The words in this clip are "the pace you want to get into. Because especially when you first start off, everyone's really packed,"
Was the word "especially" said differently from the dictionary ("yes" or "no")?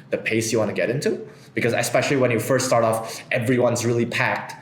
no